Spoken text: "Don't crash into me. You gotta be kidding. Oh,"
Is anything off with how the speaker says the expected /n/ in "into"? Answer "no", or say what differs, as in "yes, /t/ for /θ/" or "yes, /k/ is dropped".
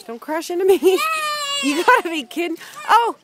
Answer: no